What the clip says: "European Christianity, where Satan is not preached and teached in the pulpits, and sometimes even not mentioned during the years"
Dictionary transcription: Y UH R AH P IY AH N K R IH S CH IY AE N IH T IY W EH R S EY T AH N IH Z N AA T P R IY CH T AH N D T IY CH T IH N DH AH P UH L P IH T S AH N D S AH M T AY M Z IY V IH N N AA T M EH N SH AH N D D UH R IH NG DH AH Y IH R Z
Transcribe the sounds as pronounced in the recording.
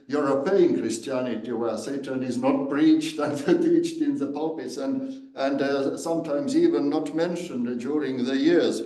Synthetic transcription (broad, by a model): Y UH R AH P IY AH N K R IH S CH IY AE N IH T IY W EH S EY T AH N IH Z N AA T B R IY CH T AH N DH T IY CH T IH N DH AH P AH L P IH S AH N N S AH M T AY M Z IY V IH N N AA T M EH N SH AH N D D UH R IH NG DH AH Y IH R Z